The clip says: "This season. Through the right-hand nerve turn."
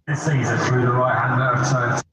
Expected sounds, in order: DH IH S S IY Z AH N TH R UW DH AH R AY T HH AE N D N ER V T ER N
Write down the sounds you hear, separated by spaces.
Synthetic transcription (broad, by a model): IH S S IY Z AH N TH R UW DH AH R AY T HH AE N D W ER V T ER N